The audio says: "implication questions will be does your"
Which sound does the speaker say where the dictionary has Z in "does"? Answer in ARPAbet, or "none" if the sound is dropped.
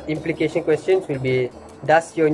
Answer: S